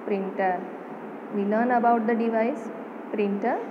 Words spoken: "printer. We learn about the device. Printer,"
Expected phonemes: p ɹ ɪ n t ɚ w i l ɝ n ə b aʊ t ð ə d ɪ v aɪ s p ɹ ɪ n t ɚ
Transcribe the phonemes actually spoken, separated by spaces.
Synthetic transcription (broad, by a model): p ɹ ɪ n t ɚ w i n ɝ n ə b aʊ t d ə d ɪ v aɪ s p ɹ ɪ n t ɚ